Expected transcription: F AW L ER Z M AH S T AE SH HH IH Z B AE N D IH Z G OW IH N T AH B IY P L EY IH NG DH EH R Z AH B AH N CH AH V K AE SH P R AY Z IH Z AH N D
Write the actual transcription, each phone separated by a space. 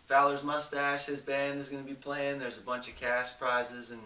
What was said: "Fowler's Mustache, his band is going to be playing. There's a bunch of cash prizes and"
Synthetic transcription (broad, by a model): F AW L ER Z M AH S T AE SH HH IH Z B AE N D IH Z G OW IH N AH B IY P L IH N DH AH R Z AH B AH N CH AH V K AE S P R AY Z IH Z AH N